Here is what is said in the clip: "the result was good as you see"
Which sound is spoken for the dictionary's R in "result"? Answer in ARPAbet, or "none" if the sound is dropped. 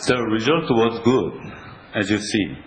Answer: R